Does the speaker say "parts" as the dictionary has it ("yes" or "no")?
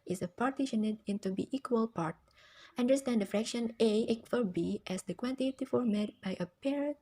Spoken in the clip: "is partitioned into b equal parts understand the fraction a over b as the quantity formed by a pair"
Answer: no